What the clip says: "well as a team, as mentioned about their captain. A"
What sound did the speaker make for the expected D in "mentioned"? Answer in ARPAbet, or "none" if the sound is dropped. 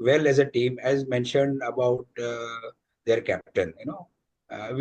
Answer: D